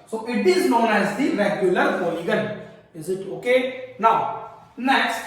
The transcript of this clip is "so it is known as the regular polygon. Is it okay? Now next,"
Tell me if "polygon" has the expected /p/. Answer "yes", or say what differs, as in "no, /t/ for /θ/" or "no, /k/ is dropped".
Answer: no, /f/ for /p/